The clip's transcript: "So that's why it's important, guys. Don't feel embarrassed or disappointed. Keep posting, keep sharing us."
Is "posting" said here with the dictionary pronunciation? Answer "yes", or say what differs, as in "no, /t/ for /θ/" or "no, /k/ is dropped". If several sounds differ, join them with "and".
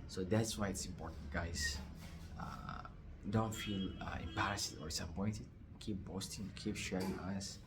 no, /b/ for /p/